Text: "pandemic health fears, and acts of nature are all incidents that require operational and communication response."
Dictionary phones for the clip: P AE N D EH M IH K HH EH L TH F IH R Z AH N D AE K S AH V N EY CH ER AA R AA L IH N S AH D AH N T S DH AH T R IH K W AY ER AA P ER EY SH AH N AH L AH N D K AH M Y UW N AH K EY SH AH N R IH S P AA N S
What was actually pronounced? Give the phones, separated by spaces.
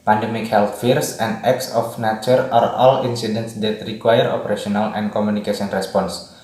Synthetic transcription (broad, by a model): P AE N D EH M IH K HH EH L T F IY R S AH N D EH K S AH F N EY CH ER AA R AA L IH N S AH D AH N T S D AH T R IH K W AY ER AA P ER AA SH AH N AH L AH N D K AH M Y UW N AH K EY S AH N R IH S P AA N S